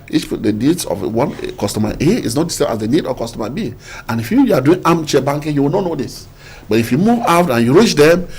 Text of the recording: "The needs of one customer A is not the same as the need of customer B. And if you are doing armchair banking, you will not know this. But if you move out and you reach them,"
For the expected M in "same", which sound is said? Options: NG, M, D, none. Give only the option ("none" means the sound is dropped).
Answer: none